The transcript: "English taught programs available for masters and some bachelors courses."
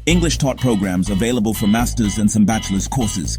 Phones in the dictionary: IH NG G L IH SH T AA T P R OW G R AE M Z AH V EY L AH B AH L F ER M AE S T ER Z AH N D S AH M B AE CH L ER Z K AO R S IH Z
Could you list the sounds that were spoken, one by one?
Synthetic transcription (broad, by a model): IH NG G L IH SH T AA T P R OW G R AE M Z AH V EY L AH B AH L F ER M AE S T ER Z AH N S AH M B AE CH L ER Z K AO R S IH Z